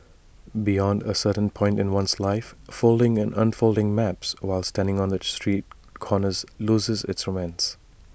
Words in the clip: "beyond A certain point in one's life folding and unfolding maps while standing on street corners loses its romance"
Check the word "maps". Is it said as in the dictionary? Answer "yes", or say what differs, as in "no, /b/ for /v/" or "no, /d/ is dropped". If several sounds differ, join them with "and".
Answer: yes